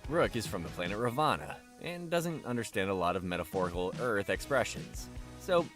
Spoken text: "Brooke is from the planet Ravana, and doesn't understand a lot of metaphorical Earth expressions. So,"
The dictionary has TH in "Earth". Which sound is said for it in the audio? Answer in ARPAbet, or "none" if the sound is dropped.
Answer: TH